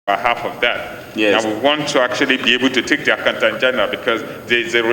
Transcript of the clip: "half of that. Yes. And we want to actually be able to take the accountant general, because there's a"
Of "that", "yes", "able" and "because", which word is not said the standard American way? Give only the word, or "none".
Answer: yes